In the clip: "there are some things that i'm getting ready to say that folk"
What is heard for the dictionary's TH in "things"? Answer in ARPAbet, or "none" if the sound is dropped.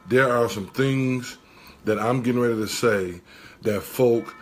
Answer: TH